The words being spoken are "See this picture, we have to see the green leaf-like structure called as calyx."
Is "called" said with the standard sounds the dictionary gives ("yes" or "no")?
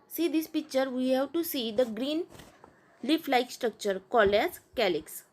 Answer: no